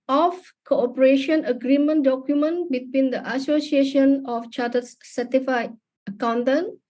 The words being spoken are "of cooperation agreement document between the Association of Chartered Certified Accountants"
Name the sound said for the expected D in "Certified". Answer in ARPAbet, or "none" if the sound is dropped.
none